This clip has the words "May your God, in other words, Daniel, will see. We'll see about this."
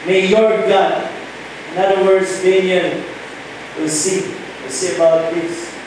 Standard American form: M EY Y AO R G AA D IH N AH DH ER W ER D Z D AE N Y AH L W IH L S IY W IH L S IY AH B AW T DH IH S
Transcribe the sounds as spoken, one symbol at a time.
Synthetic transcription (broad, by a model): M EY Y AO R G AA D IH N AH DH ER W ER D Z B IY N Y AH N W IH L S IY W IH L S IY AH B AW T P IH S